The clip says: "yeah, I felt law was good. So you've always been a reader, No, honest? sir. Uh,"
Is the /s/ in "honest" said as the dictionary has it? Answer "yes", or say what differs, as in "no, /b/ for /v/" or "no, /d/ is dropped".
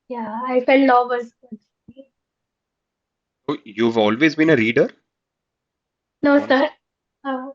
no, /s/ is dropped